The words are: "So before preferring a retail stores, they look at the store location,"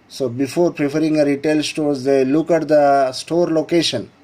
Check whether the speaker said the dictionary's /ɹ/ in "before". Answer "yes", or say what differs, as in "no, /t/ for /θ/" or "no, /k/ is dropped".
yes